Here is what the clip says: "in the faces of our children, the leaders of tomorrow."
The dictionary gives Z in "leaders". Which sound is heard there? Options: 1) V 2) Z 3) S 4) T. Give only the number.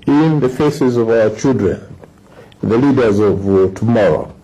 2